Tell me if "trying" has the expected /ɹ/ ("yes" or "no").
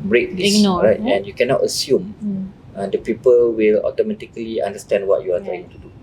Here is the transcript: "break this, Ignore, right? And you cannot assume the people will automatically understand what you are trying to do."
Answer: no